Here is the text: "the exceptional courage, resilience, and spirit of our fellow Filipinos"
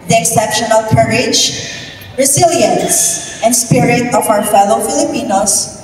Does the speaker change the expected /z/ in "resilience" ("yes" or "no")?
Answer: yes